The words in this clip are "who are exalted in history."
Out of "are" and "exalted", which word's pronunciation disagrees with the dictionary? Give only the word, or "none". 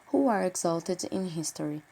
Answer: none